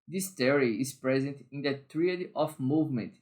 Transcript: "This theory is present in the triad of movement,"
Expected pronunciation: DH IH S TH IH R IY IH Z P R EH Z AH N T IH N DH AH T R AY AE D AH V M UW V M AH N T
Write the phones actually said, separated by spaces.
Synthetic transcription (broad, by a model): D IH S T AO R IY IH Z P R EH Z AH N T IH N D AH T R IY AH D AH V M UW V M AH N T